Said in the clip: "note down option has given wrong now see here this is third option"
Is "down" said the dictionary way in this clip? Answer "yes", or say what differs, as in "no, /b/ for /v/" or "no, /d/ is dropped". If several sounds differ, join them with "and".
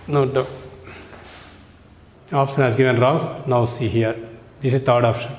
no, /n/ is dropped